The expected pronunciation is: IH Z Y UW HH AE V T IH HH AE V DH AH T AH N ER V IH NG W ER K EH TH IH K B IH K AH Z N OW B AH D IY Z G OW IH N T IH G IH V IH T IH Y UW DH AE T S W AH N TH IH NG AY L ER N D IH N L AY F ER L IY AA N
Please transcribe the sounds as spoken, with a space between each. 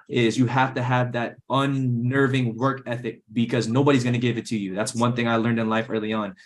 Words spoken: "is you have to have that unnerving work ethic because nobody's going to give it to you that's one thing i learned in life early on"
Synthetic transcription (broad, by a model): IH Z Y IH HH AE F T IH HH V DH AH T AH N ER V IH NG W ER K EH TH IH K B IH K AH Z N OW B AH D IY Z G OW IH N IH G IH V IH T IH Y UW DH AE T S W AH N TH IH NG AY L ER N D IH N L AY F ER L IY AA N